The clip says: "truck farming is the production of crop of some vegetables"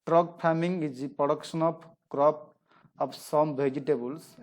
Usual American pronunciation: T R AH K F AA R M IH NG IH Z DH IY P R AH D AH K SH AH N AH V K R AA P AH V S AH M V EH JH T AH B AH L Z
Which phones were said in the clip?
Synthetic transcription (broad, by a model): T R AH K P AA M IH NG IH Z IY P R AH D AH K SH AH N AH P K R AA P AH P S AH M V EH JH T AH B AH L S